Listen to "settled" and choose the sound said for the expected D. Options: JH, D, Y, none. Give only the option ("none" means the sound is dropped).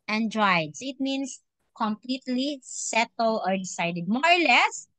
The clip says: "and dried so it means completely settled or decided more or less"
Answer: none